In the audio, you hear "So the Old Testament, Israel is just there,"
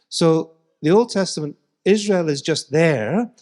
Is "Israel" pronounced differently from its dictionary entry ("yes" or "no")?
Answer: no